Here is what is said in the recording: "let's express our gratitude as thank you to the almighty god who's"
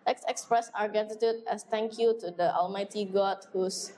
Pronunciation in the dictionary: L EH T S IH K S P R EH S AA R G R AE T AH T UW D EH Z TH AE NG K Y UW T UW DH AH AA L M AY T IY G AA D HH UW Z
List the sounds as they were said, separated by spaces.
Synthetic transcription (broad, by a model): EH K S IH K S P R EH S AA R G AE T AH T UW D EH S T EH NG K Y UW T UW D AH AA L M AY T IY G AA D HH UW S